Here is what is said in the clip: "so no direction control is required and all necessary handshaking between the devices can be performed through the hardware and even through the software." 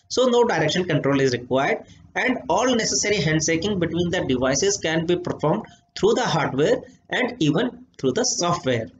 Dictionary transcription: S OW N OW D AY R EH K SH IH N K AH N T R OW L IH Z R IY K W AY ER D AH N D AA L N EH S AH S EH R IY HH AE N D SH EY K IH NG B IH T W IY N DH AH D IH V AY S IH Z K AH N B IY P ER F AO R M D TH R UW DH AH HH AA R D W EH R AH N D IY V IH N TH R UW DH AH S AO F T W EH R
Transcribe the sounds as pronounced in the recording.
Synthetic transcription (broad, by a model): S OW N OW D AY R EH K SH IH N K AH N T R OW L IH Z R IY K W AY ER D AH N D AA L N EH S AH S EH R IY HH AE N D S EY K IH NG B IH T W IY N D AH D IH V AY S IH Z K AH N B IY P ER F AO R M D T R UW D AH HH AA R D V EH R AH N D IY V IH N T R UW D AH S AO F T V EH R